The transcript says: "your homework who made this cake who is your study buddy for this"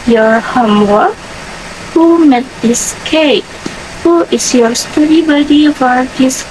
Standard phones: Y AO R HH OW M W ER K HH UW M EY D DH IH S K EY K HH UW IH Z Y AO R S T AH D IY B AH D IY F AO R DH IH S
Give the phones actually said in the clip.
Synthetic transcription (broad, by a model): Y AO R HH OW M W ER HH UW M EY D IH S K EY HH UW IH S Y AO R S T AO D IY B AH D IY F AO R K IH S